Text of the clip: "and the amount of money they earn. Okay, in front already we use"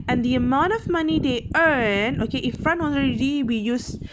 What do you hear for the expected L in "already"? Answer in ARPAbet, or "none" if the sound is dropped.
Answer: N